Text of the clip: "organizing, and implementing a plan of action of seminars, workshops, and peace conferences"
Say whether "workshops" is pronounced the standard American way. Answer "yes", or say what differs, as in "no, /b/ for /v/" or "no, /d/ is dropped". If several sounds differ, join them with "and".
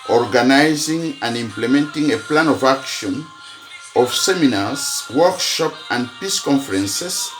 no, /s/ is dropped